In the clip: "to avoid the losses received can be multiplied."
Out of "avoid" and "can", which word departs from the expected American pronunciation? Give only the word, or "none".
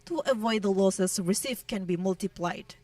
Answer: none